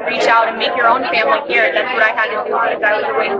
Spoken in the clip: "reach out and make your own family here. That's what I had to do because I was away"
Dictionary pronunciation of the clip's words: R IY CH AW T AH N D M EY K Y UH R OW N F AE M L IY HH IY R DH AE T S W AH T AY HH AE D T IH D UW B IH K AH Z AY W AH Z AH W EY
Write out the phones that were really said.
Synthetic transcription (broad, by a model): R IY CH AW T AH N M EY K Y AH R OW N F AE M L IY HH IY R DH AE T S W AH T AY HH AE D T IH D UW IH AH IH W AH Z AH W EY